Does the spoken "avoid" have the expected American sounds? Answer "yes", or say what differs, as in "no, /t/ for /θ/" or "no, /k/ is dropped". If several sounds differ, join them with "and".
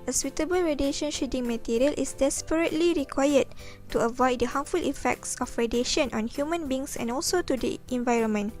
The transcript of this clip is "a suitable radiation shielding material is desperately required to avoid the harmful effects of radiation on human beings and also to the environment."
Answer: yes